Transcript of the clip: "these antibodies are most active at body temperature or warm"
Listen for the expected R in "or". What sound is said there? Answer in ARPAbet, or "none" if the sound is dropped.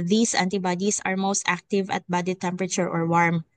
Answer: R